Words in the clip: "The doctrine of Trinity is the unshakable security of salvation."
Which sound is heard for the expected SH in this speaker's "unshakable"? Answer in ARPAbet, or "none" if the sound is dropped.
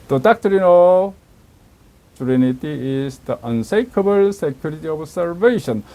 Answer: S